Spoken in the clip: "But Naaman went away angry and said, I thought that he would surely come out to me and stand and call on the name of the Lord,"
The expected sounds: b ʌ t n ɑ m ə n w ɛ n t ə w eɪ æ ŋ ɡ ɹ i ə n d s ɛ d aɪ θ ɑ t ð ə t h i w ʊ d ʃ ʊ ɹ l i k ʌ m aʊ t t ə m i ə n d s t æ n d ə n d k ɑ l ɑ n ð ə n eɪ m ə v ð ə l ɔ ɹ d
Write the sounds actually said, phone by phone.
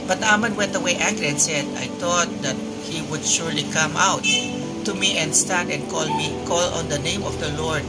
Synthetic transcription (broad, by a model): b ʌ t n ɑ m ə n w ɛ n t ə w eɪ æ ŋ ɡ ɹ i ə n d s ɛ d aɪ t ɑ t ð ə t h i w ʊ d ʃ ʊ ɹ l i k ʌ m aʊ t t ə m i ə n d s t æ n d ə n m k ɑ l ɑ n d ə n eɪ m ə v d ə l ɔ ɹ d